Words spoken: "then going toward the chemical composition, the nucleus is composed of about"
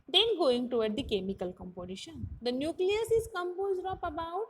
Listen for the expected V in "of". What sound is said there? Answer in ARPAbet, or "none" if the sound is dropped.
P